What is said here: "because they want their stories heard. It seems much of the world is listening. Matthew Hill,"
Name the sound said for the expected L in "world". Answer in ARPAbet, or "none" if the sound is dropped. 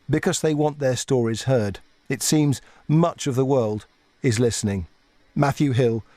L